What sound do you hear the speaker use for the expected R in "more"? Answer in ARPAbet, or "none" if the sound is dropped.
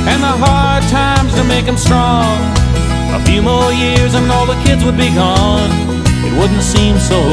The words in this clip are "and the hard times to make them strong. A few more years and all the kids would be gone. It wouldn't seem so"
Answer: L